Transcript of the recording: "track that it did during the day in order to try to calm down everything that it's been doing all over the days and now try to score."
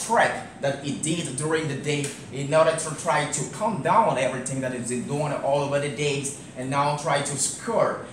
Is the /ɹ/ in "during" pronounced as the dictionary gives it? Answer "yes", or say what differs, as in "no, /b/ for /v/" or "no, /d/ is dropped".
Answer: yes